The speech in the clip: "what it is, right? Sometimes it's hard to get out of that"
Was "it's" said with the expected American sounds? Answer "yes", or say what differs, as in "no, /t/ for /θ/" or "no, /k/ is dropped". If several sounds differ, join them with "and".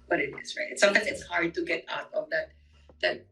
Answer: yes